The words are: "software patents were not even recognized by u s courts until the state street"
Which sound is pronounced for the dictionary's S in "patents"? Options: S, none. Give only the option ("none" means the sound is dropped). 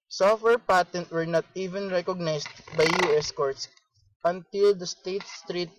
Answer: none